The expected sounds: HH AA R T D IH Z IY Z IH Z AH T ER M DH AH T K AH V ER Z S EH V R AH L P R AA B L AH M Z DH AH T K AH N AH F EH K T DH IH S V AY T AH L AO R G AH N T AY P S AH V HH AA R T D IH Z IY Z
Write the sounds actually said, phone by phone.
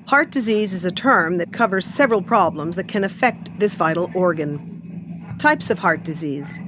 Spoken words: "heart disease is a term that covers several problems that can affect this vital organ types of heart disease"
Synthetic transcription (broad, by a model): HH AA R T D IH Z IY Z IH Z AH T ER M DH AH T K AH V ER Z S EH V R AH L P R AA B L AH M Z DH AH T K AH N AH F EH K T DH IH S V AY T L AO R G AH N T AY P S AH V HH AA R T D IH Z IY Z